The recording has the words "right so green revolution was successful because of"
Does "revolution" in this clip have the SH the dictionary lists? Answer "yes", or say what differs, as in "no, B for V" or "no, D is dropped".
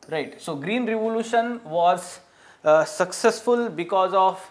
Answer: yes